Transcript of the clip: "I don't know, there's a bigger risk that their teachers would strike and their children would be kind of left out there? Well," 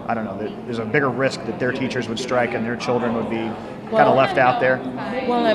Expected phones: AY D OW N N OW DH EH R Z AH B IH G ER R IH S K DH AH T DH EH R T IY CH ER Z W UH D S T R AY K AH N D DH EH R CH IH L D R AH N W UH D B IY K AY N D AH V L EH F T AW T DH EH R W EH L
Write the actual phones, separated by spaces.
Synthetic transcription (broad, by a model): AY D OW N N OW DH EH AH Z AH B IH G ER R IH S K DH AH T DH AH R T IY CH ER Z W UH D S T R AY K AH N DH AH R CH IH L D R AH N W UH D B IY K AY N D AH L EH F T AW T DH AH R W